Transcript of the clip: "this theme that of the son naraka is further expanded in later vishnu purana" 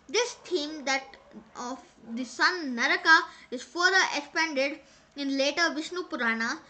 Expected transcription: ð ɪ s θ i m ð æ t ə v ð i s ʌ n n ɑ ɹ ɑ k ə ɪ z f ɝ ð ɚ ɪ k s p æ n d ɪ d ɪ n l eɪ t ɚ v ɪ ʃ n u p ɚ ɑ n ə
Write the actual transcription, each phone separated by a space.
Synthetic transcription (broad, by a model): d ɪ s t i m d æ t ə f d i s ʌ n n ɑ ɹ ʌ k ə ɪ z f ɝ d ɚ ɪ k s p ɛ n d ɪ d ɪ n l eɪ t ɚ v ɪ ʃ n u p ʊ ɑ n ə